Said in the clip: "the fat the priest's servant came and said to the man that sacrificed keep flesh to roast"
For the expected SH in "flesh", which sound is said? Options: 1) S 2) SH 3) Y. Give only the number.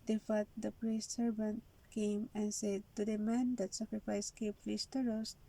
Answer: 1